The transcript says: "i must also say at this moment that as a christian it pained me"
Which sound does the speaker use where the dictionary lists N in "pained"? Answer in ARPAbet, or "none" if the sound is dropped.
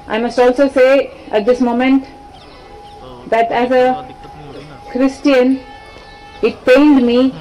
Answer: L